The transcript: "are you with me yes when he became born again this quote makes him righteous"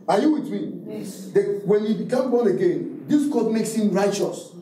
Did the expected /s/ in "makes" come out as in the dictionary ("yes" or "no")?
yes